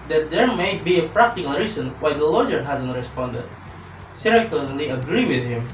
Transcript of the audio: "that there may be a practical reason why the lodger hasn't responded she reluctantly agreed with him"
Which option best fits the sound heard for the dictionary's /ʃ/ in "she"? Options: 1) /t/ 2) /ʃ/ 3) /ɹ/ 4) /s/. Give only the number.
4